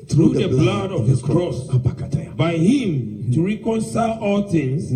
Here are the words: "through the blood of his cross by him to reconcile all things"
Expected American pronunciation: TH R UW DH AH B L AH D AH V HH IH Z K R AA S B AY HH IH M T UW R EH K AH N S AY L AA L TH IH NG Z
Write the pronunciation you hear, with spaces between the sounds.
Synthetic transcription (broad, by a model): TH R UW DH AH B L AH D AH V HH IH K K R AA S B AY HH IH M T UW R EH K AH N S AY L AA L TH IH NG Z